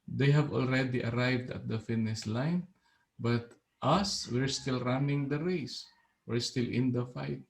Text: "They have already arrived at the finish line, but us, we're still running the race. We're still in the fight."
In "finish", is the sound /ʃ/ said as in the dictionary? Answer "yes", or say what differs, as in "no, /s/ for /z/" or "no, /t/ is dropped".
no, /s/ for /ʃ/